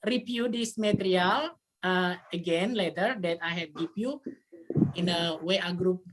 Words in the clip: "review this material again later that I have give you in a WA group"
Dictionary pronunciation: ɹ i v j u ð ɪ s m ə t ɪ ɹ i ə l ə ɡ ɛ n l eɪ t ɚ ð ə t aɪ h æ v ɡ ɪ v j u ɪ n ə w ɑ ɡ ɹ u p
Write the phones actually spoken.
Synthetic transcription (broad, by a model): ɹ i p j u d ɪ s m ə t ɹ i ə l ə ɡ ɛ n l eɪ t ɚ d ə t aɪ h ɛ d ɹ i p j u ɪ n ə w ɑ ɡ ɹ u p